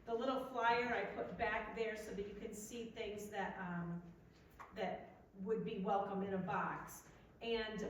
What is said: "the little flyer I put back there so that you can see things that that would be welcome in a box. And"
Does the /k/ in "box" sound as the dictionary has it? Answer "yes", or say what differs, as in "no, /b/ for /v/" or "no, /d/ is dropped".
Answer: yes